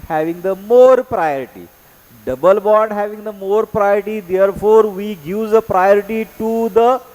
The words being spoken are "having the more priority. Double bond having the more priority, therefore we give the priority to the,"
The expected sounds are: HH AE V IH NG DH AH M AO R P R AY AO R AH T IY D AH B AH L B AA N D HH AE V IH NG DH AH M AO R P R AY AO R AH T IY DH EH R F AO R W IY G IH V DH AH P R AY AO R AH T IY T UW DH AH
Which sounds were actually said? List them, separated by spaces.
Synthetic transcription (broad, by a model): HH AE V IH NG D AH M AO R P R AY AO R AH T IY D AH B AH L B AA D HH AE V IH NG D AH M AO R P R AY AO R AH T IY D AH R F AO R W IY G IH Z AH P R AY AO R AH T IY T UW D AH